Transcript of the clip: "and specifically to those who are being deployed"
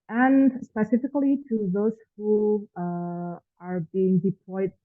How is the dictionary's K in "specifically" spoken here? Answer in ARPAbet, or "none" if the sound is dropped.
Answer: K